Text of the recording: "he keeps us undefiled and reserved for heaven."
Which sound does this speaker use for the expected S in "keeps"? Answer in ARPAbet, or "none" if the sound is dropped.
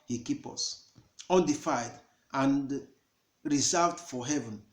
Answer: none